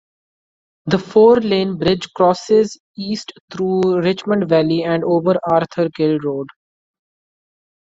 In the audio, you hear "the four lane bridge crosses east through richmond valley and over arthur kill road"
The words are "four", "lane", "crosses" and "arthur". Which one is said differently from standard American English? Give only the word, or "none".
arthur